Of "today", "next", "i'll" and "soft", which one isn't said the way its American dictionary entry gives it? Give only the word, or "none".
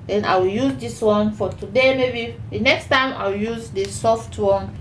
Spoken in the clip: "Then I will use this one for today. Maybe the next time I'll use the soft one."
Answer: i'll